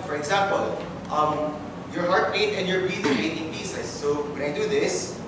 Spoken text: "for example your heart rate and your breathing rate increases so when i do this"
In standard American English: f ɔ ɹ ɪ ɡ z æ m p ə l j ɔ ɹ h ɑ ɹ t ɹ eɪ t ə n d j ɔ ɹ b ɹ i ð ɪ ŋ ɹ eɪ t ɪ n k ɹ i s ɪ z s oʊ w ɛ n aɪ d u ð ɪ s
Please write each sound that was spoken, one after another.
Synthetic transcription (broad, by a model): f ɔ ɹ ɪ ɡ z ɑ m p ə l j ɔ ɹ h ɑ ɹ t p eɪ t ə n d j ɔ ɹ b i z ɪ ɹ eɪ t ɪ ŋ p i s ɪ s oʊ w ɛ n aɪ d u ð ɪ s